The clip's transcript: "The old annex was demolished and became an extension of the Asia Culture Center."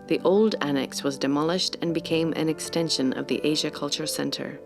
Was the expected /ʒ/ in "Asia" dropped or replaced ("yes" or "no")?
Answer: no